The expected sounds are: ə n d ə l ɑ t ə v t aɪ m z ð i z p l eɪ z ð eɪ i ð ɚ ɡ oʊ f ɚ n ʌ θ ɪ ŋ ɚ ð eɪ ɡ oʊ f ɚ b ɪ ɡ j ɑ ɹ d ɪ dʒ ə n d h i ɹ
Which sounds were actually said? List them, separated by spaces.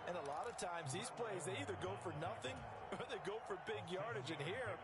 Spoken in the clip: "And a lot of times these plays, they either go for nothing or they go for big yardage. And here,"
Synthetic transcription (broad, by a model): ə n ə l ɑ t ə v t aɪ m z ð i z p l eɪ z ð eɪ i ð ɚ ɡ oʊ f ɚ n ʌ θ ɪ ŋ ɚ ð eɪ ɡ oʊ f ɚ b ɪ ɡ j ɑ ɹ d ɪ dʒ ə n h i ɹ